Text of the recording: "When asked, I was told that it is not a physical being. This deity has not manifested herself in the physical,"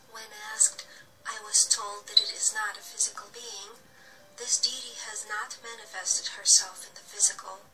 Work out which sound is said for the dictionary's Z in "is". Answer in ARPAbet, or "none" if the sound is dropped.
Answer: Z